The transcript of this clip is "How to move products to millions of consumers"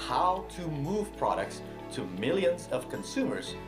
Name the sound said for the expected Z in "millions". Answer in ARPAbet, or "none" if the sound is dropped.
Z